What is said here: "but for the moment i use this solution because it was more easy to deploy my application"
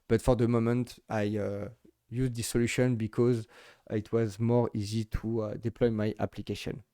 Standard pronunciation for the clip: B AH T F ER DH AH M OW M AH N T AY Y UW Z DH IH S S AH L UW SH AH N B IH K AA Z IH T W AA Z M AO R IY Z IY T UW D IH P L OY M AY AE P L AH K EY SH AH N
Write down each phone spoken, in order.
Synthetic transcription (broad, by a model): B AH T F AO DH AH M OW M AH N T AY Y UW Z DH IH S S AH L UW SH AH N B IH K AA Z IH T W AA Z M AO R IY Z IY T UW D IH P L OY M AY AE P L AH K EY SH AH N